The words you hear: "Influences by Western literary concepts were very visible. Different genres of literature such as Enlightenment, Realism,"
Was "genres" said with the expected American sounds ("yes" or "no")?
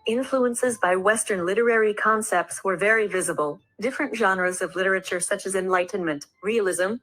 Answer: yes